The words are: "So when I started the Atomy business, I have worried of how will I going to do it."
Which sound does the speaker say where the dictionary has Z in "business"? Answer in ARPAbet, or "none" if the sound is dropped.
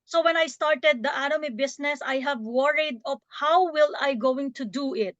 S